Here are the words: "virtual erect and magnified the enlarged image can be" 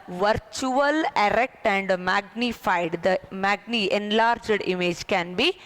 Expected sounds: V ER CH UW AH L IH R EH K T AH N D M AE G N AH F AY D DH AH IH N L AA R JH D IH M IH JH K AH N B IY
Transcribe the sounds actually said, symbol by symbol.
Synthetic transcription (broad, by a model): V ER CH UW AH L IH R EH K T AH N D M AE G N AH F AY D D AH IH N L AA R JH D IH M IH JH K AH N B IY